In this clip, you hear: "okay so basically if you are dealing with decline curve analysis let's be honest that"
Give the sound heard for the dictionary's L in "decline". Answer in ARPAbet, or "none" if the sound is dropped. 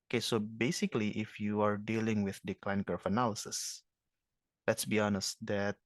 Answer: L